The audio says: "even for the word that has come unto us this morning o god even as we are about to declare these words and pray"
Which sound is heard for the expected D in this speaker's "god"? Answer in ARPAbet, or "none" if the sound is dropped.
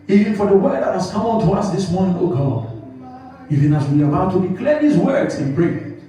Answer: none